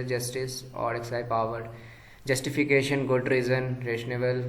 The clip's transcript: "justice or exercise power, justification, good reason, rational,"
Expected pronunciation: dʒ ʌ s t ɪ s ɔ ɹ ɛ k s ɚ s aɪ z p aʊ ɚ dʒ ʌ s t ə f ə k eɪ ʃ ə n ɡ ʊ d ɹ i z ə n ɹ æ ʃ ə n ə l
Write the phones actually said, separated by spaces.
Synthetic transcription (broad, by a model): dʒ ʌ s t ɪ s ɔ ɹ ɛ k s s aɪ p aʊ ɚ dʒ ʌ s t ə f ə k eɪ ʃ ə n ɡ ʊ d ɹ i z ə n ɹ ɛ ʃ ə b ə l